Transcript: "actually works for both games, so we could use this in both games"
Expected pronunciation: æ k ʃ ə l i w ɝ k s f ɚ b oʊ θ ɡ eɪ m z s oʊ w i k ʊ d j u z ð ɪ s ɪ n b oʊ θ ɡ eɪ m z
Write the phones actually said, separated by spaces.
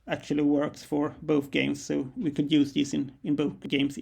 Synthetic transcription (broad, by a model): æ k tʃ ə l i w ɝ k s f ɚ b oʊ θ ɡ eɪ m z s oʊ w i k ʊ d j u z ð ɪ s ɪ n b oʊ θ ɡ eɪ m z